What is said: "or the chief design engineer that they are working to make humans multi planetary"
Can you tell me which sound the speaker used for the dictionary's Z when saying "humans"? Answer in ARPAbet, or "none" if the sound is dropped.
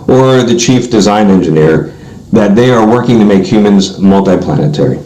Z